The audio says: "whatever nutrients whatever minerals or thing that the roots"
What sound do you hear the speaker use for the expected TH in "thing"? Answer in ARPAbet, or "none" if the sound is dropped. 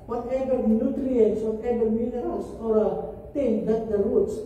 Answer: T